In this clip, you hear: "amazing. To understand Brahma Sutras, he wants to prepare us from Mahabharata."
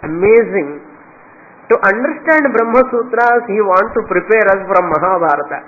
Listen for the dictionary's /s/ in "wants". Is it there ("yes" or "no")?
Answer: no